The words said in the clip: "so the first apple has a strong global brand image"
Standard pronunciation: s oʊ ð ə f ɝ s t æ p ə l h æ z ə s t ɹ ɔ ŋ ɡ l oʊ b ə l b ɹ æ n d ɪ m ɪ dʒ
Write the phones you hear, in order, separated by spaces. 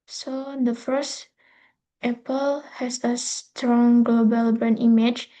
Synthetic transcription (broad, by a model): s oʊ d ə f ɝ s t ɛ p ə l h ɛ s ə s t ɹ ɔ ŋ ɡ l oʊ b ə l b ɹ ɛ n i m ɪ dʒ